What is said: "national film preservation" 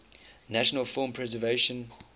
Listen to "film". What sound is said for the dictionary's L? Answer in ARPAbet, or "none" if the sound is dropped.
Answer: none